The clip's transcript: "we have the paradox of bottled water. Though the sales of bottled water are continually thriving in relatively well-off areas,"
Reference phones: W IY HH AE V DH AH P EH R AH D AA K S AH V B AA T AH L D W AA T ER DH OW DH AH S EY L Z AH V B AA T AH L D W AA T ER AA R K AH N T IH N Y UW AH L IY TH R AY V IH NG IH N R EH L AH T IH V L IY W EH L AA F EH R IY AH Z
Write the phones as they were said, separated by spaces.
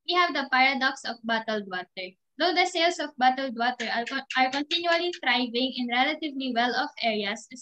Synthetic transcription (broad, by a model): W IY HH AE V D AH P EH R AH D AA K S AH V B AA T AH L D W AA T ER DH OW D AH S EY L S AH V B AA T AH L D W AA T ER AA R K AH N T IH N Y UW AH L IY T R AY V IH NG IH N R EH L AH T IH V L IY W EH L AA F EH R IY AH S